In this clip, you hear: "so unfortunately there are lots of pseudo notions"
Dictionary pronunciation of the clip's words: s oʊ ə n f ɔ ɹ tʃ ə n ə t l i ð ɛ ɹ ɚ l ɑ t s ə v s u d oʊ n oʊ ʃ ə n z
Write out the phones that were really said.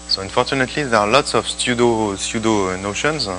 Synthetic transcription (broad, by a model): s oʊ ə n f ɔ ɹ tʃ ə n ə t l i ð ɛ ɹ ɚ l ɑ t s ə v s u d oʊ n oʊ ʃ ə n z